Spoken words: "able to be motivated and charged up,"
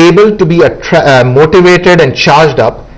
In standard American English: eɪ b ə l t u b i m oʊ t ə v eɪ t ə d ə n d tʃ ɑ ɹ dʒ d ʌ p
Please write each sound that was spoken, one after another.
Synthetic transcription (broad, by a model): eɪ b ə l t u b i m oʊ t ə v eɪ t ə d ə n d tʃ ɑ ɹ dʒ d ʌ p